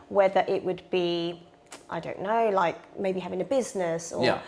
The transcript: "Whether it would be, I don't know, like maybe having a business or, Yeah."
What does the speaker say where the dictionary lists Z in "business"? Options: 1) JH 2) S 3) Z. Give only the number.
3